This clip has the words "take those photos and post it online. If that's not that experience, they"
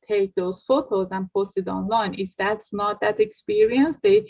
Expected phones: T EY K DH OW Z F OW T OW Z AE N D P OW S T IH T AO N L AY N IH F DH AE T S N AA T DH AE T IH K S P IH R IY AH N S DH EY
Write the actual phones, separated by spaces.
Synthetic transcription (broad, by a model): T EY K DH OW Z F OW T OW Z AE N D P OW S T IH T AO N L AY N IH F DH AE T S N AA T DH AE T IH K S P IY R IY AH N S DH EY